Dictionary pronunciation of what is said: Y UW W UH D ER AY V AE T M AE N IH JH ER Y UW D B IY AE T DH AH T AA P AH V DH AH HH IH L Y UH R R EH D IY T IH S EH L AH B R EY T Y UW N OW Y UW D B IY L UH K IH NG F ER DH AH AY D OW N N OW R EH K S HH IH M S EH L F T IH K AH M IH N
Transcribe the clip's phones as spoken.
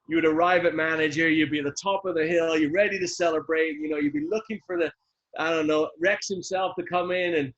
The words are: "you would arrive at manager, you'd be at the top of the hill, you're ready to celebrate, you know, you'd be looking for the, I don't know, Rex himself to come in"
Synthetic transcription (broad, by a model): Y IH W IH D ER AY V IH T M AE N IH JH ER Y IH D B IY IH T DH AH T AA P AH V DH AH HH IH L Y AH R R EH D IY T IH S EH L AH B R EY T Y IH N OW Y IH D B IY L UH K IH NG F ER DH AH AY D OW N N OW R EH K S HH IH M S EH L F T IH K AH M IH N